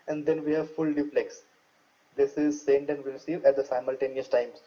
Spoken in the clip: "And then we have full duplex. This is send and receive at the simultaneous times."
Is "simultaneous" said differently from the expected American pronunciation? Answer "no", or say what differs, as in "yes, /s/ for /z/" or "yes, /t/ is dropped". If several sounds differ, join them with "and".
no